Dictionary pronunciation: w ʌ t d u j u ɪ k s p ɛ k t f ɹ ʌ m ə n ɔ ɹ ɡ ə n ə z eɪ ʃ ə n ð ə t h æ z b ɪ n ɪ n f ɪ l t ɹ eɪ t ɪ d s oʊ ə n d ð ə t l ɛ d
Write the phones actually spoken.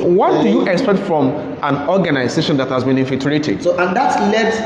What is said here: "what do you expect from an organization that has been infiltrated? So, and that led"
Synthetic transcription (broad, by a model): w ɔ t d u j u ɪ k s p ɛ k t f ɹ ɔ m ə n ɔ ɡ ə n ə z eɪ ʃ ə n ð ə t h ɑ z b ɪ n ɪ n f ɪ t ɹ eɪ t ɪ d s oʊ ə n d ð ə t l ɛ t